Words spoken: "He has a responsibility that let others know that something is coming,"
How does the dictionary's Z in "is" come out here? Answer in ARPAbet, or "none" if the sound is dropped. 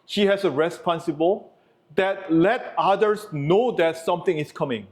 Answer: S